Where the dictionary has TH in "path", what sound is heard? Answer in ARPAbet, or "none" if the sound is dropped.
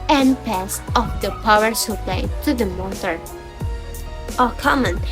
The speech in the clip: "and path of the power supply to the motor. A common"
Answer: S